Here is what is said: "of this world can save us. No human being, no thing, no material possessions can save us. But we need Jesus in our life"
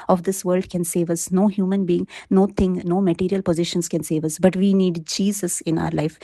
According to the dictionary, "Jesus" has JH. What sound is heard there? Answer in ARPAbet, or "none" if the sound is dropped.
JH